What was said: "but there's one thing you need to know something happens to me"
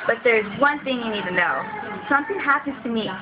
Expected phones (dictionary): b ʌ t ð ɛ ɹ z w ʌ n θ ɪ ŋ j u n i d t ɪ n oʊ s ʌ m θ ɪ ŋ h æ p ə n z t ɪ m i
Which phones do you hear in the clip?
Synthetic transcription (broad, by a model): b ʌ t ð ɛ ɹ z w ʌ n θ ɪ ŋ j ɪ n i d t ɪ n oʊ s ʌ m θ ɪ ŋ h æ p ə n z t ɪ m i